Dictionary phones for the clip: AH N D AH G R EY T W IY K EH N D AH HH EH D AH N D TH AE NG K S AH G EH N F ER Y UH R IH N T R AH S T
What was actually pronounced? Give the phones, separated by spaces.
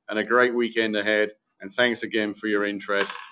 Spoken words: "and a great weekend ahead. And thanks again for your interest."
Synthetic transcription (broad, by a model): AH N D AH G R EY T W IY K EH N D AH HH EH D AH N TH AE NG K S AH G EH N F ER Y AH R IH N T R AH S T